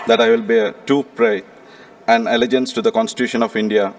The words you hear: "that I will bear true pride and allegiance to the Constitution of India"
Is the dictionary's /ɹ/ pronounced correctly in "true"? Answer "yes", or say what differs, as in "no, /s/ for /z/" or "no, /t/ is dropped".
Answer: no, /ɹ/ is dropped